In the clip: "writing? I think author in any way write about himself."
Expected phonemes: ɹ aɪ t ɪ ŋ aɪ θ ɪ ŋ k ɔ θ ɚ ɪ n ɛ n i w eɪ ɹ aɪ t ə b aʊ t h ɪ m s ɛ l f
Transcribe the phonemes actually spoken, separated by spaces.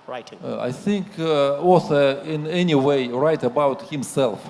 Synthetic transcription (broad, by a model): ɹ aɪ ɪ θ ɪ ŋ k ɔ s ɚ ɪ n ɛ n i w eɪ ɹ aɪ t ə b aʊ t h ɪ m s ɛ l f